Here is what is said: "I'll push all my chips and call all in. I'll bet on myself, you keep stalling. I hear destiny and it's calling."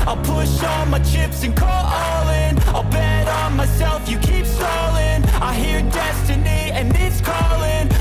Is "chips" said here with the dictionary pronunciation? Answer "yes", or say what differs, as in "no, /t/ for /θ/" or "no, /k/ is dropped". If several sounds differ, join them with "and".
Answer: yes